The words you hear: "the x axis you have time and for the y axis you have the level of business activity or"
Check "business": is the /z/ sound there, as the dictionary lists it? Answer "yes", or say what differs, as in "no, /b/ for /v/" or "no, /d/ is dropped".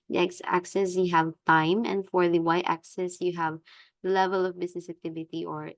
no, /s/ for /z/